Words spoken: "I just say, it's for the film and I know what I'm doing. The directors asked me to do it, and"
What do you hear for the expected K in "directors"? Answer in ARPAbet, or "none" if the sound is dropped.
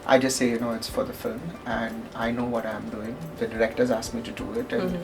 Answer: K